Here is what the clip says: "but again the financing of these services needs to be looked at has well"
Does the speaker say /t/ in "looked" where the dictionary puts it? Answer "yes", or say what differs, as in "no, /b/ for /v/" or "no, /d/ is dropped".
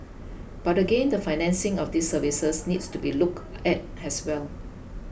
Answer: no, /t/ is dropped